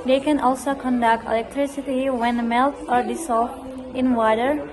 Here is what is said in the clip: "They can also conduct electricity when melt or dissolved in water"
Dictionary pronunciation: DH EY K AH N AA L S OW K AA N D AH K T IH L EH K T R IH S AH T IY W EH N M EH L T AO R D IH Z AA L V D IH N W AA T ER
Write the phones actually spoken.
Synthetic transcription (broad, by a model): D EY K AH N AA L S OW K AA N D AH K T IH L EH K T R IH S AH T IY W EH N M EH L T AO R D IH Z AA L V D IH N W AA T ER